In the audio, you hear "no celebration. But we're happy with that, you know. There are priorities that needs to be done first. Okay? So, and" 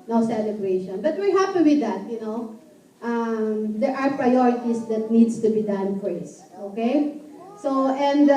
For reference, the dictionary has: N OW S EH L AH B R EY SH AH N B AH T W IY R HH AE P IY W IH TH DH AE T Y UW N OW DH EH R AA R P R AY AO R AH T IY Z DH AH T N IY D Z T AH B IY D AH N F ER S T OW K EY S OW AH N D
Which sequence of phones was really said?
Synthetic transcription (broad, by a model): N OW S EH L AH B R EY SH AH N B AH T W IY R HH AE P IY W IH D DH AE T Y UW N OW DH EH R AA R P R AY AO R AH T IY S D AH T N IY D S T AH B IY D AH N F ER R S OW K EY S OW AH N D